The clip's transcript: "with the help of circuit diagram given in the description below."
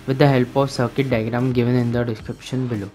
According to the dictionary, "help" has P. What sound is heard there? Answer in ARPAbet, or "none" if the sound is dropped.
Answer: P